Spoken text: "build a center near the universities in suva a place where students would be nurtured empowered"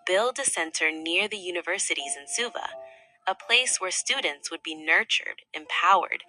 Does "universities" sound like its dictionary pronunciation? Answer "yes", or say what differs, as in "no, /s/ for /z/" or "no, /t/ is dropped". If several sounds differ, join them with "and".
yes